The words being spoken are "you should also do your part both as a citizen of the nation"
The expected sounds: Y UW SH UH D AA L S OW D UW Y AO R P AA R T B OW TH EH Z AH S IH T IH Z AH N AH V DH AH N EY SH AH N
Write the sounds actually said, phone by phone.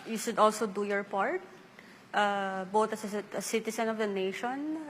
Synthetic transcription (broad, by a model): Y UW SH UH D AA L S OW D UW Y AO R P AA R T B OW T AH S AH S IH T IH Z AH N AH V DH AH N EY SH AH N